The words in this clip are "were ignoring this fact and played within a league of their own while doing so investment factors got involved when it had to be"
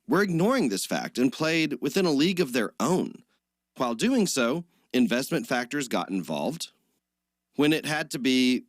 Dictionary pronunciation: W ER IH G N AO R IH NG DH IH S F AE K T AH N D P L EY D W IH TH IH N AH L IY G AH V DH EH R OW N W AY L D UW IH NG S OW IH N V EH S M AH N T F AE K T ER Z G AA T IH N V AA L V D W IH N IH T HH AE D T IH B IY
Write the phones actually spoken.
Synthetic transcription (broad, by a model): W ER IH G N AO R IH NG DH IH S F AE K T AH N P L EY D W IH TH IH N AH L IY G AH V DH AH R OW N W AY L D UW IH NG S OW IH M V EH S M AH N T F AE K T ER Z G AA T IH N V AA L V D W IH N IH T HH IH D T IH B IY